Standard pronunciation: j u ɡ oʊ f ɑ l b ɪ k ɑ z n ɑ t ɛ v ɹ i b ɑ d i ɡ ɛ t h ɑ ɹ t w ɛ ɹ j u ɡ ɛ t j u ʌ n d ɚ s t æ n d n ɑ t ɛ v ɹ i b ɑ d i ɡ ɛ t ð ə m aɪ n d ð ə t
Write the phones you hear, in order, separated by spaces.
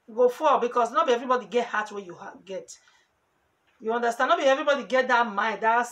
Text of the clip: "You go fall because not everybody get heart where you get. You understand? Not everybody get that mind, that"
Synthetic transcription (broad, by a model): ɡ oʊ f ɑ b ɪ k ɑ s n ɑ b ɛ v ɹ i b ɑ d i ɡ ɛ t h ɑ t w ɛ j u ɡ ɛ t j u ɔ n d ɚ s t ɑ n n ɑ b ɛ v ɹ i b ɑ d i ɡ ɛ t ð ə m aɪ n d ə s